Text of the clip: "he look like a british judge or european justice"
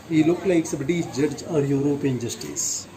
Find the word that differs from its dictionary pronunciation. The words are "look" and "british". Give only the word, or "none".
british